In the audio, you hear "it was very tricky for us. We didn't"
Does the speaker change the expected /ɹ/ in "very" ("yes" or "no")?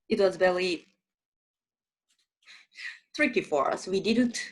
yes